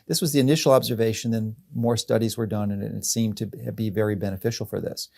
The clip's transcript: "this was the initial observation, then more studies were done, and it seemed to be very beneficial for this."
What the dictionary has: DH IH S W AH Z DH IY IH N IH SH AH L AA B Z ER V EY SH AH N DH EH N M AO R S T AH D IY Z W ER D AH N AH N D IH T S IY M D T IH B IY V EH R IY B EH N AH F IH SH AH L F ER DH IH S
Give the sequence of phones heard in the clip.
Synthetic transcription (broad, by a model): DH IH S W AH Z DH IY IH N IH SH L AA B Z ER V EY SH AH N DH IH N M AO R S T AH D IY Z W ER D AH N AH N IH T S IY M T IH B IY V EH R IY B EH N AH F IH SH L F ER DH IH S